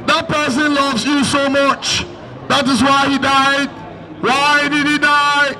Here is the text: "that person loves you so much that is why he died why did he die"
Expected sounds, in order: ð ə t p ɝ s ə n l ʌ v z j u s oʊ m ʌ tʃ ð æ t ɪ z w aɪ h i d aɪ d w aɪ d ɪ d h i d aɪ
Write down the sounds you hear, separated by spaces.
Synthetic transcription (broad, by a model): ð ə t p ɝ s ə n l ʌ v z j u s oʊ m ʌ tʃ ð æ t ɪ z w aɪ h i d aɪ d w aɪ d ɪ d h i d aɪ